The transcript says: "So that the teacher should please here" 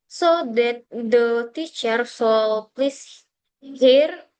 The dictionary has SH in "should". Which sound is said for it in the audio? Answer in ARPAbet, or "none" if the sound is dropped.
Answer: S